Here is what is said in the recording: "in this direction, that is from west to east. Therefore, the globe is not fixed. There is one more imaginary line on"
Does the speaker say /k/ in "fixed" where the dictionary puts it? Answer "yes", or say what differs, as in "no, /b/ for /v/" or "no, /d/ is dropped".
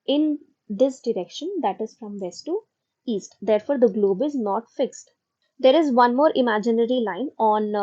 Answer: yes